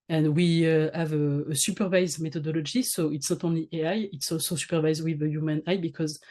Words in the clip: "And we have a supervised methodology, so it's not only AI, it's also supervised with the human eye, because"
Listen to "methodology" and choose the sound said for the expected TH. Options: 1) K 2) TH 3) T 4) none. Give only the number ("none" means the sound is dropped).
3